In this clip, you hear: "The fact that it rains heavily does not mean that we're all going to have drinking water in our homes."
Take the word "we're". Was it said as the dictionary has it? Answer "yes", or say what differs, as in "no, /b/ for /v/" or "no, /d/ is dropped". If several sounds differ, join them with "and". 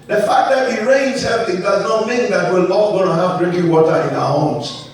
no, /l/ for /ɹ/